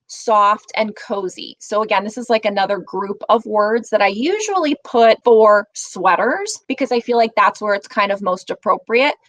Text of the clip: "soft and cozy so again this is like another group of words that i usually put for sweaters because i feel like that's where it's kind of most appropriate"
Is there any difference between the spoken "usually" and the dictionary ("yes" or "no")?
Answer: no